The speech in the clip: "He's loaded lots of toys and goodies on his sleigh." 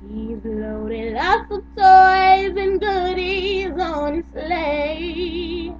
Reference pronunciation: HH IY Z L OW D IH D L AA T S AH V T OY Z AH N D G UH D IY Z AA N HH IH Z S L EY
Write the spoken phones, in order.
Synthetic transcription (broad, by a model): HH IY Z L OW D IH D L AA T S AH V T OY Z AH N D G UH D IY Z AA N S L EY